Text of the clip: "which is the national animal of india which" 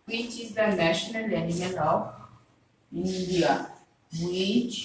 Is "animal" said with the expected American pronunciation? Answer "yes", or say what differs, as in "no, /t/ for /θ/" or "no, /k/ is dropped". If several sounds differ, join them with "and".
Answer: no, /n/ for /l/